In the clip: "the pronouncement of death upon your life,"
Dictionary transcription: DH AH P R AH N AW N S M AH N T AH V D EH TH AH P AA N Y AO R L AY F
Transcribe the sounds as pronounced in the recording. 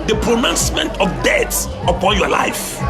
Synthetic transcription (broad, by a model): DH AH P R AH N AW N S M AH N T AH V D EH S AH P AA N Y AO L AY F